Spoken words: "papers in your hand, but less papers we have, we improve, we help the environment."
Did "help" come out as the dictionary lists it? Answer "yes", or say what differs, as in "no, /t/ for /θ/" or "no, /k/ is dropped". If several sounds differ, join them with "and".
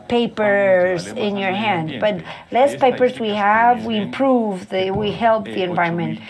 yes